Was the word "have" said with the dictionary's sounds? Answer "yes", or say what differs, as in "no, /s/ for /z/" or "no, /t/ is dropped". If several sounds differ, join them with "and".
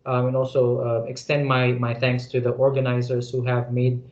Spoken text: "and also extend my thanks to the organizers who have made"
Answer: yes